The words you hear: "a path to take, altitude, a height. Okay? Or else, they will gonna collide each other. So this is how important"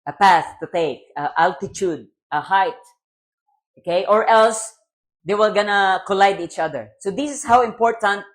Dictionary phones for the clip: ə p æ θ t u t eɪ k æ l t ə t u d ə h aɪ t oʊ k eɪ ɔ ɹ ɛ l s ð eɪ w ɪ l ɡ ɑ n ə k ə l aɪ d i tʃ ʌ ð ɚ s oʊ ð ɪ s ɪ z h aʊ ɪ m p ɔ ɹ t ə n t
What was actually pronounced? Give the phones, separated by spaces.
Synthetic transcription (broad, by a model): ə p æ θ t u t eɪ k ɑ l t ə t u d ə h aɪ t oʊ k eɪ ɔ ɹ ɛ l s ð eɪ w ɪ l ɡ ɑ n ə k ə l aɪ d i tʃ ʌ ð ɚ s oʊ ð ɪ s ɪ s h aʊ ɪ m p ɔ ɹ t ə n t